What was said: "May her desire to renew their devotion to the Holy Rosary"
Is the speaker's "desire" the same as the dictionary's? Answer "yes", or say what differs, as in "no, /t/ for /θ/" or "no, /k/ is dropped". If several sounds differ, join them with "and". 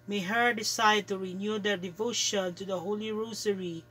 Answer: no, /s/ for /z/